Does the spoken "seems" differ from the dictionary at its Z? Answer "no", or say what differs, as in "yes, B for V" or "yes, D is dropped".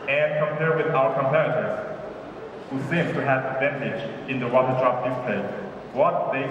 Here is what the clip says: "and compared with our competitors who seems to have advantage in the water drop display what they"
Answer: yes, Z is dropped